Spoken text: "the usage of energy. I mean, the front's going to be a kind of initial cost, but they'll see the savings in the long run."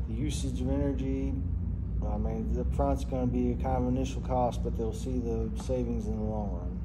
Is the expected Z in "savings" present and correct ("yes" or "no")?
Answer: yes